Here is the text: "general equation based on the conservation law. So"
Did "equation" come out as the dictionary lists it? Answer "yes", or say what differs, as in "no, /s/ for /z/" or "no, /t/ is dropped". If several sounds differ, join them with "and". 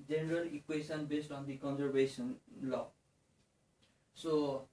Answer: no, /s/ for /ʒ/